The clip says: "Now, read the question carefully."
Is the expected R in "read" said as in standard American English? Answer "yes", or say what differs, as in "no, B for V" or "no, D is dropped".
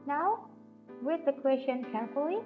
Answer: no, W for R